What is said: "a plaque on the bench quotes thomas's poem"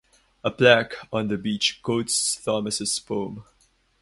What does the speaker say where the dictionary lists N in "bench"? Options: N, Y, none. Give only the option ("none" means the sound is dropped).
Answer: none